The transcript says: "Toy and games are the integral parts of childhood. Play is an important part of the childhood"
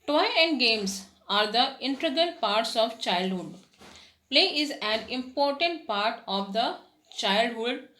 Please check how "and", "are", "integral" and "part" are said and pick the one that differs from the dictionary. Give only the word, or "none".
integral